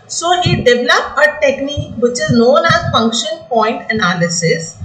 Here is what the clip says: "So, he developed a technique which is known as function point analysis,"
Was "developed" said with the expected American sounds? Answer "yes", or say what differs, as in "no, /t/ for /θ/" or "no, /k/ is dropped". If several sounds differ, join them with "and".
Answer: no, /t/ is dropped